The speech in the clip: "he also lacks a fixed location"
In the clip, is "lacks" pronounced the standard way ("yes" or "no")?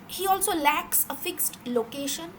yes